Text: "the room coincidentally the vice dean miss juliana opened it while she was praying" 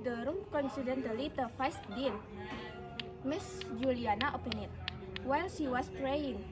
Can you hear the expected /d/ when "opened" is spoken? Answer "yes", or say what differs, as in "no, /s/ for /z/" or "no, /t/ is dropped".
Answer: no, /d/ is dropped